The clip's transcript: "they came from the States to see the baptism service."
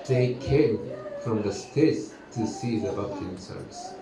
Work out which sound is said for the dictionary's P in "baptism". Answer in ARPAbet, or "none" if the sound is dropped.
none